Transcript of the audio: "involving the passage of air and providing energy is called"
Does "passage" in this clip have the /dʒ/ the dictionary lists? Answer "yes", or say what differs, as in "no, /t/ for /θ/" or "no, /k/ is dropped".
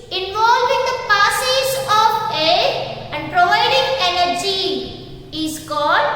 no, /z/ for /dʒ/